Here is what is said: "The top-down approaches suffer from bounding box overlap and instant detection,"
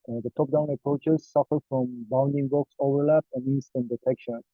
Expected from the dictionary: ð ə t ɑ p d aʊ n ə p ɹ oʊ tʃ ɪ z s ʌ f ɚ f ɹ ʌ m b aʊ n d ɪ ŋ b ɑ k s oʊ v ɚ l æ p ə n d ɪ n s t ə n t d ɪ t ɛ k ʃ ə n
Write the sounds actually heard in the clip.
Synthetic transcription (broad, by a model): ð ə t ɑ p d aʊ n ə p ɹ oʊ tʃ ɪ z s ʌ f ɚ f ɹ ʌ m b aʊ n d ɪ ŋ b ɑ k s oʊ v ɚ l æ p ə n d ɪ n s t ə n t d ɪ t ɛ k ʃ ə n